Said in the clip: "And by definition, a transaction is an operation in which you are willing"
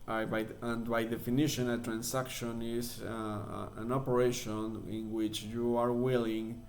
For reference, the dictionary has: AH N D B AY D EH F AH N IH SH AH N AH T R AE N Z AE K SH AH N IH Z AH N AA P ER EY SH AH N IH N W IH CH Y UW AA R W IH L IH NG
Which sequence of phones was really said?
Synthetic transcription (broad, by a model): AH N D B AY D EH F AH N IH SH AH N AH T R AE N S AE K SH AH N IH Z AH N AA P ER EY SH AH N IH N W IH CH Y UW AA R W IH L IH NG